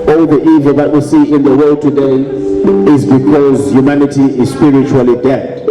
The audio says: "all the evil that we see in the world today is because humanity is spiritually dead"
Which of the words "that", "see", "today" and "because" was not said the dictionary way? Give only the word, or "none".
none